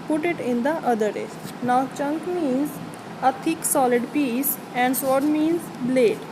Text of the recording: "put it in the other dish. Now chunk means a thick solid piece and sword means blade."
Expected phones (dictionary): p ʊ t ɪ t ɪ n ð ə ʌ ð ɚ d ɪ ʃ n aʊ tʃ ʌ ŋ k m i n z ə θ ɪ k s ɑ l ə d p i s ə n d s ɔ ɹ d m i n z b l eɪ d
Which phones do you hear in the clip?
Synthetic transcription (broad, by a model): p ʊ t ɪ t ɪ n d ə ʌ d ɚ d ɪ s n aʊ tʃ ʌ ŋ k m i n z ə t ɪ k s ɑ l ə d p i s ə n d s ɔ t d m i n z b l eɪ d